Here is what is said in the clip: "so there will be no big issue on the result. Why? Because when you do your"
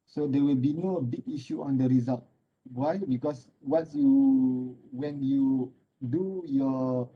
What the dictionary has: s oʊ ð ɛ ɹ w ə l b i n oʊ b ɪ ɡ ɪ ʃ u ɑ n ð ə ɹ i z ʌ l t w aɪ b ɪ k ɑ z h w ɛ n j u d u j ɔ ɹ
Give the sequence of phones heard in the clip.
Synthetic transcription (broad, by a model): s oʊ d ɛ w ə l b i n oʊ b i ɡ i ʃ u ɑ n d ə ɹ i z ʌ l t w aɪ b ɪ k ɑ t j w ɛ n j u d u j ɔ